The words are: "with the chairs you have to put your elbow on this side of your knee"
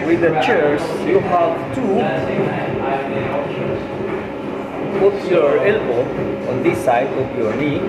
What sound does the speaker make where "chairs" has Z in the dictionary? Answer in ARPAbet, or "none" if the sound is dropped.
S